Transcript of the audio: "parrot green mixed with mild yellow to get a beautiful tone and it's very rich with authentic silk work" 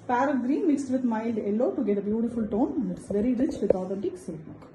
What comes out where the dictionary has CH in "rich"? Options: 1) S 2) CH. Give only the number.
2